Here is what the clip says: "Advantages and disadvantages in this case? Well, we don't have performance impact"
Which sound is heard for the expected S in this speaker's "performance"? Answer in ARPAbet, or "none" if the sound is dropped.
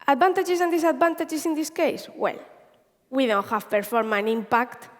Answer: none